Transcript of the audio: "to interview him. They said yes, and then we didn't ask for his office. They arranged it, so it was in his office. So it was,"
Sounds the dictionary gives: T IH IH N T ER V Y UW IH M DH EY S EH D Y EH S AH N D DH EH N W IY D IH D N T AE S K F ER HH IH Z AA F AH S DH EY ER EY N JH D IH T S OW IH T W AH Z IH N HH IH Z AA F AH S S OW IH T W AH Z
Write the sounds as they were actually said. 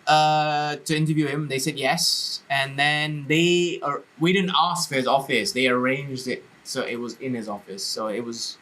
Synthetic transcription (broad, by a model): T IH IH N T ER V Y UW IH M DH EY S EH D Y EH S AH N DH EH N W IY D IH D N T AE S K F ER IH Z AA F AH S DH EY ER EY N JH D IH T S OW IH T W AH Z IH N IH Z AA F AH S S OW IH T W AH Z